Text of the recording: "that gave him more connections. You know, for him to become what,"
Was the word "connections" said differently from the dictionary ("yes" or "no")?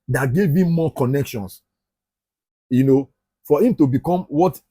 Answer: yes